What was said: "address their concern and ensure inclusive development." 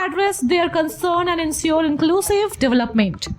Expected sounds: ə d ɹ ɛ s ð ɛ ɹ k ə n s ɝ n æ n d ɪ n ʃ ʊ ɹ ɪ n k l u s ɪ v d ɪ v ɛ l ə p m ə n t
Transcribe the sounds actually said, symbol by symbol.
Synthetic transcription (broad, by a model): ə d ɹ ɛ s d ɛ ɹ k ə n s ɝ n æ n d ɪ n s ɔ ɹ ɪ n k l u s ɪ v d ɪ v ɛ l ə p m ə n t